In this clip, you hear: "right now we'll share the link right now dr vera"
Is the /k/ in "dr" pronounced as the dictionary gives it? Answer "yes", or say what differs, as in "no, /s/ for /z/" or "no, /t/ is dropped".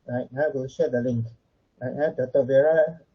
no, /k/ is dropped